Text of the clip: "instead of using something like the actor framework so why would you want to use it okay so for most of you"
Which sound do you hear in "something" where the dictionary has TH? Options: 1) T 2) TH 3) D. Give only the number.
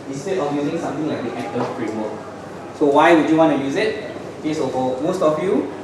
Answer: 1